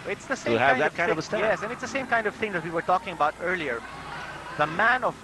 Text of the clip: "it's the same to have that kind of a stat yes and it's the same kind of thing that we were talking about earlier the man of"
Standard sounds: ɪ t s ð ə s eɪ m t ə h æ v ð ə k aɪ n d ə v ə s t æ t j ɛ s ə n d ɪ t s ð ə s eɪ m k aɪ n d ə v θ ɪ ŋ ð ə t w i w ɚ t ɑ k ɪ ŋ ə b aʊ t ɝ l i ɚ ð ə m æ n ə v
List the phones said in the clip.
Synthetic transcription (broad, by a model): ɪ t s ð ə s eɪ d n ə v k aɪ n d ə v ə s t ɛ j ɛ s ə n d ɪ t s ð ə s eɪ m k aɪ n d ə v θ ɪ ŋ ð ə t w i w ɚ t ɑ k ɪ ŋ ə b aʊ t ɝ l i ɚ ð ə m æ n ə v